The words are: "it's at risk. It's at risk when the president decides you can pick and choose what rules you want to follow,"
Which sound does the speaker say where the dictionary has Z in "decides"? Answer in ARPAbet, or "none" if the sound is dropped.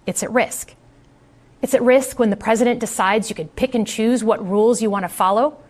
Z